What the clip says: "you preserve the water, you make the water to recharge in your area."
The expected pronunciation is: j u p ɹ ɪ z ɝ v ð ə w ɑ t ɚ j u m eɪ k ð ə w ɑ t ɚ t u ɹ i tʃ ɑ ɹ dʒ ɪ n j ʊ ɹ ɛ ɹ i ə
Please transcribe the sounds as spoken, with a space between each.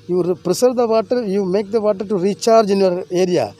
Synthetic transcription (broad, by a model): j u p ɹ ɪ s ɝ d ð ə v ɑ t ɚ j u m eɪ k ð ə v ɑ t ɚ t u ɹ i tʃ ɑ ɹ dʒ ɪ n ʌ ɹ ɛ ɹ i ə